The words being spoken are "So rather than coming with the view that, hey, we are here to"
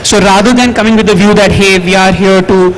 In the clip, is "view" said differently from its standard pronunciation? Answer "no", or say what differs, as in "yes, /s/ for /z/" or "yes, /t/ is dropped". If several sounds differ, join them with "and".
no